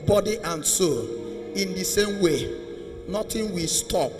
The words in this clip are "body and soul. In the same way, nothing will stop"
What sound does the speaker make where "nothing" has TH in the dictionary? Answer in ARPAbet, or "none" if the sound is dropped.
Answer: T